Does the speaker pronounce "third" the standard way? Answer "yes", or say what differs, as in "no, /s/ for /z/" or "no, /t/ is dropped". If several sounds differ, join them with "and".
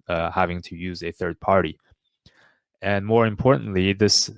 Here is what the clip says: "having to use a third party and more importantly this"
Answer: yes